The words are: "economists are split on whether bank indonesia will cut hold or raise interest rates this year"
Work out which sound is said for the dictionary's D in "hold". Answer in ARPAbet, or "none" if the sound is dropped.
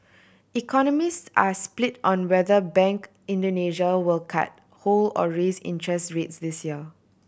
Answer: none